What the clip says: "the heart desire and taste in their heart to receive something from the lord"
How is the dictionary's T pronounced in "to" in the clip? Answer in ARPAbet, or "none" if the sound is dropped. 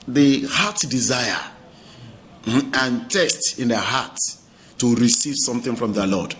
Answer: S